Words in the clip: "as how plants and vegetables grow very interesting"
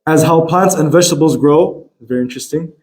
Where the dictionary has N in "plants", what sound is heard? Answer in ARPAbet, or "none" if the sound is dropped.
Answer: N